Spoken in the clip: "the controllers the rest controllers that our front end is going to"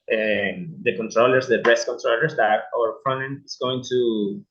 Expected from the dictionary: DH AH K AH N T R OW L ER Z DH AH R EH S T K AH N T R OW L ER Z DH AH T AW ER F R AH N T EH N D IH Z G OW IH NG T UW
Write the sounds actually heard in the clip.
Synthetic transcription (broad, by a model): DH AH K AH N T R OW L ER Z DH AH R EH S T K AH N T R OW L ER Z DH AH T AW ER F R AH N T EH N IH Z G OW IH NG T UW